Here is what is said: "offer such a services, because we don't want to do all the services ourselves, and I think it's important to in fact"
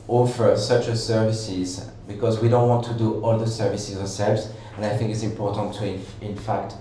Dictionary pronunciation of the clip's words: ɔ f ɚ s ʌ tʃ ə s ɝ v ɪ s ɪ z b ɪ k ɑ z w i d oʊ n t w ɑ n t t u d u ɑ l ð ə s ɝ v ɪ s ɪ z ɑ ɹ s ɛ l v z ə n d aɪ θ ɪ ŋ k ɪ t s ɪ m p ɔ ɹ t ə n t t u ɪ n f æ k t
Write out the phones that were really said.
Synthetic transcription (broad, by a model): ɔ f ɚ s ʌ tʃ ə s ɝ v ɪ s ɪ z b ɪ k ɑ z w i d oʊ n t w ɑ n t t u d u ɑ l ð ə s ɝ v ɪ s ɪ z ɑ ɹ s ɛ l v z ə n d aɪ θ ɪ ŋ k ɪ t s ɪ m p ɔ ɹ t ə n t t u ɪ n f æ k t